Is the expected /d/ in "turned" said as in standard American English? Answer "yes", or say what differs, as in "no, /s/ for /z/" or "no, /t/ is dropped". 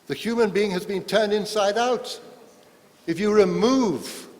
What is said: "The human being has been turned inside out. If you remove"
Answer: yes